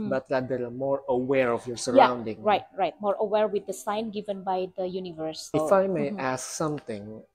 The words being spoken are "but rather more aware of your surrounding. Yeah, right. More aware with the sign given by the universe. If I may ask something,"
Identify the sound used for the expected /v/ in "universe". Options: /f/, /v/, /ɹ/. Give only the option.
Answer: /v/